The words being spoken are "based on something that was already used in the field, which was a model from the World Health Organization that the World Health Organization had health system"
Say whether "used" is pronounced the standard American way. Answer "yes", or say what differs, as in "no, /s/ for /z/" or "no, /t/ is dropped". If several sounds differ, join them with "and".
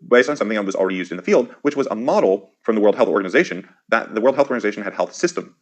yes